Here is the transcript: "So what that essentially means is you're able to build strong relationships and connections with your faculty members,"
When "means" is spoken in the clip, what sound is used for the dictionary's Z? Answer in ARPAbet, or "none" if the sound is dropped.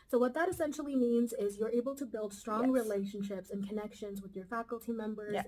Z